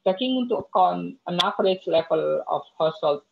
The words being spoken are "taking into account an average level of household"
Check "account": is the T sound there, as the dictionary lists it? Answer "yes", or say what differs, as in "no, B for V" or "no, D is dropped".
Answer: no, T is dropped